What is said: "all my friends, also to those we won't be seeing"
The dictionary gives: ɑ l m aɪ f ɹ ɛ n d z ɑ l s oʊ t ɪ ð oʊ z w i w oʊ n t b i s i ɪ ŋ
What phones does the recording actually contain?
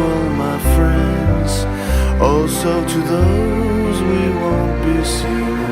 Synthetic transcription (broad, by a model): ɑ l m aɪ f ɹ ɛ n d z ɑ l s oʊ t ɪ ð oʊ z w i w oʊ n b i s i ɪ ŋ